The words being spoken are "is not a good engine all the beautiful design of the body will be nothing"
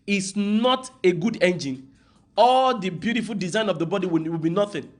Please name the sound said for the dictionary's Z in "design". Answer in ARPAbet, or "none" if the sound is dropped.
Z